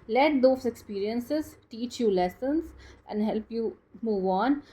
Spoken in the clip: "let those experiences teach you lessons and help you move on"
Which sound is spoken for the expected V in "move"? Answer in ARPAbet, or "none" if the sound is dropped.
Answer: V